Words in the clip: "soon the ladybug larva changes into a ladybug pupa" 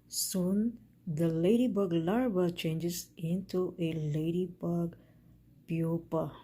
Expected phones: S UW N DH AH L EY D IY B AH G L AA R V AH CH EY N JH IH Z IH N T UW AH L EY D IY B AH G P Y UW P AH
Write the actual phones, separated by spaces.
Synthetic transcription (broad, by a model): S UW N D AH L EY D IY B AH G L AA R B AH CH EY N JH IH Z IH N T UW AH L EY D IY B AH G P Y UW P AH